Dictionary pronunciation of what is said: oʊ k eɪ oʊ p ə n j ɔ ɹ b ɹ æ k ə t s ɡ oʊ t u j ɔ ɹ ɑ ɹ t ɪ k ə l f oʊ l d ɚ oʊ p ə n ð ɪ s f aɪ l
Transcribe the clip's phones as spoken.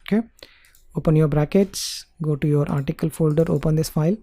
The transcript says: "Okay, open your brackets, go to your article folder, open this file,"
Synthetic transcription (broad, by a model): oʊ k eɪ oʊ p ə n j ɔ ɹ b ɹ æ k ə t s ɡ oʊ t u j ɔ ɹ ɑ ɹ t ɪ k ə l f oʊ l d ɚ oʊ p ə n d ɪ s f aɪ l